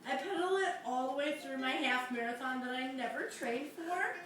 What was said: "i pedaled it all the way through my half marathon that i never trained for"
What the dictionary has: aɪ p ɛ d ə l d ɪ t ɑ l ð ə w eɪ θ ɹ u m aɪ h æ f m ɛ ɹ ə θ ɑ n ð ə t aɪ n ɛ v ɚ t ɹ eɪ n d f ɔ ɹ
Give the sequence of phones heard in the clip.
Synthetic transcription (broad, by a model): aɪ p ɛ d l ɪ t ɑ l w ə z θ ɹ u m aɪ h æ f m ɛ ɹ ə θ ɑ n ð ə t aɪ n ɛ v ɚ t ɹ eɪ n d f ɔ ɹ